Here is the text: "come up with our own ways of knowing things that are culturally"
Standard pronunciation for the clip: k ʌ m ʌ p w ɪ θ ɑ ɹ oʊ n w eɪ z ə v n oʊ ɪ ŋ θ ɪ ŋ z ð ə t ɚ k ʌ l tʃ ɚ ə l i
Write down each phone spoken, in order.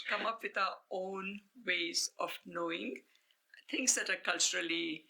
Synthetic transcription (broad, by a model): k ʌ m ʌ p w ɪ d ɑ oʊ n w eɪ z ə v n oʊ ɪ ŋ t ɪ ŋ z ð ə t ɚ k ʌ l tʃ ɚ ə l i